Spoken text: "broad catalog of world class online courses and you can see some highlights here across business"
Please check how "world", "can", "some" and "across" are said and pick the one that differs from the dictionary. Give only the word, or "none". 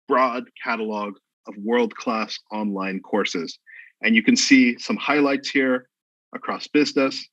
none